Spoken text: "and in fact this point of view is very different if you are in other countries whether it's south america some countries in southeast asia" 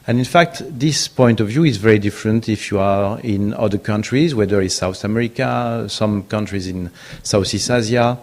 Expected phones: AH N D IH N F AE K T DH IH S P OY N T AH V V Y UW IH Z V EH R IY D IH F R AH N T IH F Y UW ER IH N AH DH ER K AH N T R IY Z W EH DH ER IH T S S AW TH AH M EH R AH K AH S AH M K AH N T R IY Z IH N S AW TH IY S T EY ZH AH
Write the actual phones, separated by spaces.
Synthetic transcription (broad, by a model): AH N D IH N F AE K T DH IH S P OY N T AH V V Y UW IH Z V EH R IY D IH F R AH N T IH F Y UW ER IH N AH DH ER K AH N T R IY Z W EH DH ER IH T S S AW TH AH M EH R AH K AH S AH M K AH N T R IY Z IH N S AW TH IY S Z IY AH